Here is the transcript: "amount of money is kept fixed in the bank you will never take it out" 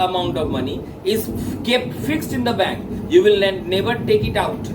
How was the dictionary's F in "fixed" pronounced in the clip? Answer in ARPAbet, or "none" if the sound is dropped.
F